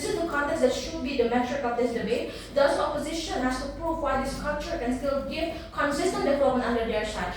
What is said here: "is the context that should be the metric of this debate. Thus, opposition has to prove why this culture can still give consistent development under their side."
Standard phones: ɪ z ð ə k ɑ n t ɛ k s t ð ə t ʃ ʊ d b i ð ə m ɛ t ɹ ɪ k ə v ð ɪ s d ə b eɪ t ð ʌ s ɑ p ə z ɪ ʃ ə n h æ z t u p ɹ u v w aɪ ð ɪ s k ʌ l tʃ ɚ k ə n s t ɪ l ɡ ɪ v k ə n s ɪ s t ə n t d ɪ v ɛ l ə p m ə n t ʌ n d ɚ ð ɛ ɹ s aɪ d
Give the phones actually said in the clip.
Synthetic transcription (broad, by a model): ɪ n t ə k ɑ n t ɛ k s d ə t ʃ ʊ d b i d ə m ɛ t ɹ ɪ k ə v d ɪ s d ə b eɪ t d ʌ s ɑ p ə z ɪ ʃ ə n h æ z t u p ɹ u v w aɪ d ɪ s k ʌ l tʃ ɚ k ə n s t ɪ l ɡ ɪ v k ə n s ɪ s t ə n t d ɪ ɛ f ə m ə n ʌ n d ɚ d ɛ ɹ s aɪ